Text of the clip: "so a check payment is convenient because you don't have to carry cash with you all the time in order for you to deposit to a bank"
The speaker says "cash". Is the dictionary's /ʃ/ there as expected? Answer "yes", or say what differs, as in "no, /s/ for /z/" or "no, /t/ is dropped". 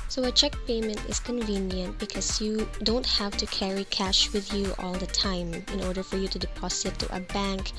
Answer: yes